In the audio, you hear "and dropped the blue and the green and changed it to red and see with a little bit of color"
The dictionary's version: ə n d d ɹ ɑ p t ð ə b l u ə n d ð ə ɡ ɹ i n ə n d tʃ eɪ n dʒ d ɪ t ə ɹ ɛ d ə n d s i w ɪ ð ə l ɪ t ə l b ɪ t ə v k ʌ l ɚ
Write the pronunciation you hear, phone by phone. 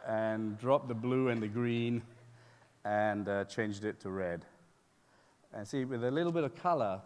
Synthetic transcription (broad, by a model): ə n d d ɹ ɑ p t ð ə b l u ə n ð ə ɡ ɹ i n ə n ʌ tʃ eɪ n dʒ d ɪ t ə ɹ ɛ d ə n s i w ɪ ð ə l ɪ t l b ɪ t ə v k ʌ l ɚ